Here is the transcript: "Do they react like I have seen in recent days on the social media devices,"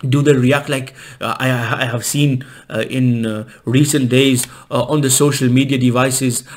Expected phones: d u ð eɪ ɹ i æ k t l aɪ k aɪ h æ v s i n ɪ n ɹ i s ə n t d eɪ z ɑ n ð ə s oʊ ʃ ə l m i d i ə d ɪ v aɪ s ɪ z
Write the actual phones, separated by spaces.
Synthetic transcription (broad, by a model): d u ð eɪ ɹ i æ k t l aɪ k aɪ h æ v s i n ɪ n ɹ i s ə n t d eɪ z ɑ n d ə s oʊ ʃ ə l m i d i ə d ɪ v aɪ s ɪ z